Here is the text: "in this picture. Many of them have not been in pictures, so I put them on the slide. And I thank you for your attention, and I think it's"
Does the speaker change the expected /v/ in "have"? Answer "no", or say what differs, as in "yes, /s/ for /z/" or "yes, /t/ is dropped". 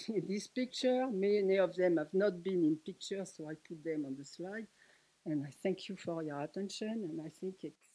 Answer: no